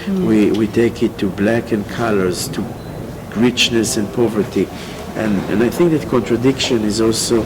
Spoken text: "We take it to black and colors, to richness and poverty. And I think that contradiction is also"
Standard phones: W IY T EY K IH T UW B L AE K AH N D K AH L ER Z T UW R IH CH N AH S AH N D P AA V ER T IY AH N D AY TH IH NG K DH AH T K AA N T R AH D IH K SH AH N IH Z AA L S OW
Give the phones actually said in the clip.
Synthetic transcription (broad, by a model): W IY T EY K IH T UW B L AE K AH N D K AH L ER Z T UW R IH CH N AH S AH N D P AA V ER T IY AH N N AY TH IH NG K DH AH T K AA N T R AH D IH K SH AH N IH Z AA L S OW